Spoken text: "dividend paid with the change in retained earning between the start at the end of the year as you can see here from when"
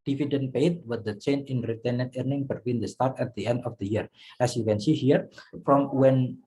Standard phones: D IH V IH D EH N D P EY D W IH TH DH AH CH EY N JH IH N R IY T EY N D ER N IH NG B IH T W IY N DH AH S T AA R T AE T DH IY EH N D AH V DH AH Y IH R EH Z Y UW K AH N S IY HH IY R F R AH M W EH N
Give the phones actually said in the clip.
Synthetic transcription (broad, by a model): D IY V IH D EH N P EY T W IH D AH CH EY N IH N R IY T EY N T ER N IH NG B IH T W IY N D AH S T AA R T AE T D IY EH N D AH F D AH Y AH R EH S Y UW K AH N S IY HH IY R F R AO M W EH N